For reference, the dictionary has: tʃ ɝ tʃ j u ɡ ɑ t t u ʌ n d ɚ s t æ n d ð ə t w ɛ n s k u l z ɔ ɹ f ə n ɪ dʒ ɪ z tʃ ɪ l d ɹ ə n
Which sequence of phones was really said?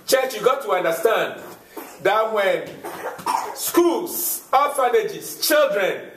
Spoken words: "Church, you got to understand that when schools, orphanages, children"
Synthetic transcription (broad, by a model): tʃ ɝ tʃ j u ɡ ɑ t t u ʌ n d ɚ s t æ n d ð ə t w ɛ n s k u l s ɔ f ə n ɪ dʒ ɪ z tʃ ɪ l d ɹ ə n